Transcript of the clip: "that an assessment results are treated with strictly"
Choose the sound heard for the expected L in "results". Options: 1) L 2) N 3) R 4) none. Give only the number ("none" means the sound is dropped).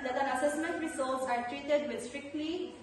4